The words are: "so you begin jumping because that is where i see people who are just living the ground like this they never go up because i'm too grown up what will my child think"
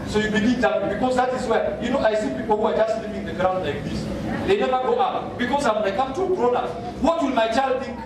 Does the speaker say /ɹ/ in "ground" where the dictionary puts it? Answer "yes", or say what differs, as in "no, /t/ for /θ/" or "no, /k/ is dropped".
yes